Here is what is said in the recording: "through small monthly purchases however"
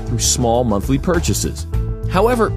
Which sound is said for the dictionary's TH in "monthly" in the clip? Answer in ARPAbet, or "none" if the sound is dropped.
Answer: TH